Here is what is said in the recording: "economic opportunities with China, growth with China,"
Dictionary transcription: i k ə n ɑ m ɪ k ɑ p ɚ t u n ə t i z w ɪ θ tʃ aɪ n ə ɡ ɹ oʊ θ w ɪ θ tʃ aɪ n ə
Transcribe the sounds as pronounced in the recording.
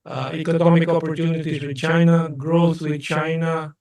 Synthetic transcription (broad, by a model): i k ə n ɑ m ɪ k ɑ p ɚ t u n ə t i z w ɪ tʃ aɪ n ə ɡ ɹ oʊ s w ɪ tʃ aɪ n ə